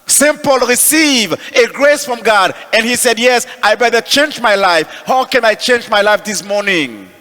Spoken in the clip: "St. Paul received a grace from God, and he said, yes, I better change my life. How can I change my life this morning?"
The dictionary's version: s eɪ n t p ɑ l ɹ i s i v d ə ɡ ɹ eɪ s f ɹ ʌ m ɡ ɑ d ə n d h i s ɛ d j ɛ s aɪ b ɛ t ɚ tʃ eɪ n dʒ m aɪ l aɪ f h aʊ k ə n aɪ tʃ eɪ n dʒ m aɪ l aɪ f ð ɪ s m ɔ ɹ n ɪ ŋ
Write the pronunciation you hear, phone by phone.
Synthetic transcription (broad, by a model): s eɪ n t p ɑ l ɹ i s i v ə ɡ ɹ eɪ s f ɹ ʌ m ɡ ɑ d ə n h i s ɛ d j ɛ s aɪ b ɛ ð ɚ tʃ eɪ n dʒ m aɪ l aɪ f h aʊ k ə n aɪ tʃ eɪ n dʒ m aɪ l aɪ f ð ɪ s m ɔ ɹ n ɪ ŋ